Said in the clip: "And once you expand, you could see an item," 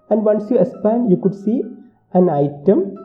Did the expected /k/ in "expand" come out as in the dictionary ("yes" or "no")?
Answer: no